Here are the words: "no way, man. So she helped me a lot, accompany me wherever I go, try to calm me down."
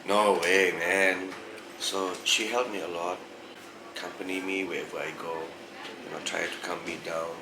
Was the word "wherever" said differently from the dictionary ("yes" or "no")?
yes